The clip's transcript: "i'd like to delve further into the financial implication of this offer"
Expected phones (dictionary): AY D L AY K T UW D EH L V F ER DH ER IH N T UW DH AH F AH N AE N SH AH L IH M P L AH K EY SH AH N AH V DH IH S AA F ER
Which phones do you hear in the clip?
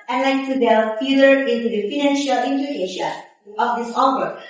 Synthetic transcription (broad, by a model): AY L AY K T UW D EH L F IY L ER IH N T UW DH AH F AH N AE N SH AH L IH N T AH EY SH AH AH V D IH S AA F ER